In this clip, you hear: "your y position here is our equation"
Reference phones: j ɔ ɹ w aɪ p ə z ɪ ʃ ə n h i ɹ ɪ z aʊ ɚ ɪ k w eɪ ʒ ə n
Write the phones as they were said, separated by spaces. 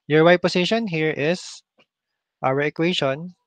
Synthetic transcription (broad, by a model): j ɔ ɹ w aɪ p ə s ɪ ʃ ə n h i ɹ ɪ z aʊ ɚ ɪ k w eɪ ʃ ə n